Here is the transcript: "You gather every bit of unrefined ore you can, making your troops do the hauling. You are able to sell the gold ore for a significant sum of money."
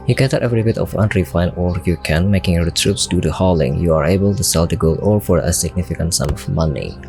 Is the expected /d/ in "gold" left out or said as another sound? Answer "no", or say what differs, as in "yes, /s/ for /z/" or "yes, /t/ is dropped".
yes, /d/ is dropped